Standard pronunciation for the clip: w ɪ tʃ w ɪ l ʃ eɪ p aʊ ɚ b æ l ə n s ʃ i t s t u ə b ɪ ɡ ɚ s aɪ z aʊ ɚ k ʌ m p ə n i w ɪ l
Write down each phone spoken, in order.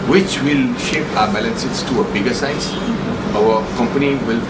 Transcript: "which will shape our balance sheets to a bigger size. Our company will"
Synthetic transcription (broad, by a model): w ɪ tʃ w ɪ l ʃ eɪ p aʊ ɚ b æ l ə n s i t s t u ə b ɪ ɡ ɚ s aɪ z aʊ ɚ k ʌ m p ə n i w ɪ l